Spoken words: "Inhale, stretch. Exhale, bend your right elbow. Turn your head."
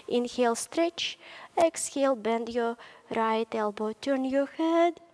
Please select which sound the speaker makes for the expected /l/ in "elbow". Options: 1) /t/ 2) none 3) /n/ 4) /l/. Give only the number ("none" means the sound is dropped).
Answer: 4